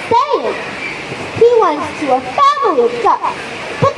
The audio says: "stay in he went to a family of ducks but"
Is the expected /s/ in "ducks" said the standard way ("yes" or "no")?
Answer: no